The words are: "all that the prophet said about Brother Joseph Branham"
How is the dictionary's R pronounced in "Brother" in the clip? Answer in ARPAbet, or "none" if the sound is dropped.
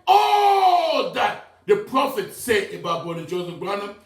none